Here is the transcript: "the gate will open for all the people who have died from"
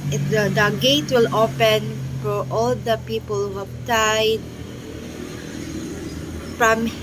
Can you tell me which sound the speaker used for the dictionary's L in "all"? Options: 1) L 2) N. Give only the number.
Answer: 1